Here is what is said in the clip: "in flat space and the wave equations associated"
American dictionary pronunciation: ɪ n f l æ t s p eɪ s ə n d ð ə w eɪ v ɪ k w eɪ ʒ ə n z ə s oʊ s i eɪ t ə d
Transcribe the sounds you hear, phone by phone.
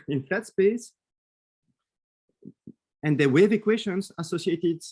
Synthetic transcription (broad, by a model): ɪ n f æ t s p eɪ s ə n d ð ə w eɪ v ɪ k w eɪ ʃ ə n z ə s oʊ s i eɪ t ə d